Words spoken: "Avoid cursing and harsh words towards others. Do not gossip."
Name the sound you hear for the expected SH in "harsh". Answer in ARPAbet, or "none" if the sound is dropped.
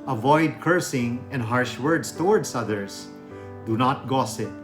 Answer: SH